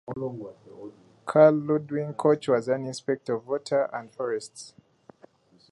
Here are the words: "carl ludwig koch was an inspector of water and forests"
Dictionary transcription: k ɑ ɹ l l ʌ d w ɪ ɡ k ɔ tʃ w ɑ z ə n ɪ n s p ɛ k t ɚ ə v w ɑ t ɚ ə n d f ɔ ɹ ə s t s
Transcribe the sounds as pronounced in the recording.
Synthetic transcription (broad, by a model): k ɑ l l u d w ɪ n k ɔ tʃ w ɑ z ə n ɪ n s p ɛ k t ə v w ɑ t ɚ ə n d f ɔ ɹ ə s t s